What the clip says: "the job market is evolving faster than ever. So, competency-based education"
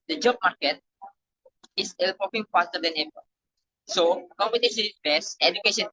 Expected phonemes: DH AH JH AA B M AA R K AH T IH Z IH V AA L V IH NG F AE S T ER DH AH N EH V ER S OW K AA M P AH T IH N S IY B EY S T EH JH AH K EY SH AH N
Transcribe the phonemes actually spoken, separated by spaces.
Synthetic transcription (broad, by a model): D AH JH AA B M AA R K AH T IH S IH P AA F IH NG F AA S T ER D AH N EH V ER S OW K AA M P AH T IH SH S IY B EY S EH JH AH K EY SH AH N